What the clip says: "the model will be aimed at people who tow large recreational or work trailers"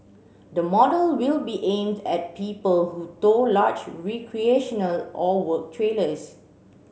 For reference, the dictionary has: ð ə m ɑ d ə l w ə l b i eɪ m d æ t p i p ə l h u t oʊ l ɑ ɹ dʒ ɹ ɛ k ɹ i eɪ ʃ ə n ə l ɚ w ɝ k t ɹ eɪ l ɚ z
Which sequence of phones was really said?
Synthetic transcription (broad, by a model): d ə m ɑ d ə l w ə l b i eɪ m d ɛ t p i p ə l h u t oʊ l ɑ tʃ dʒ ɹ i k ɹ i eɪ ʃ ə n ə l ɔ w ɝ k t ɹ eɪ l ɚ s